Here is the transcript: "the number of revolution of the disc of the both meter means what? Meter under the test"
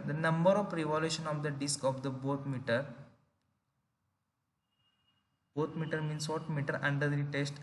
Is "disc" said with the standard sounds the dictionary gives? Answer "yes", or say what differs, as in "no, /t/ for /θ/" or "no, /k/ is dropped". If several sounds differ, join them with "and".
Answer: yes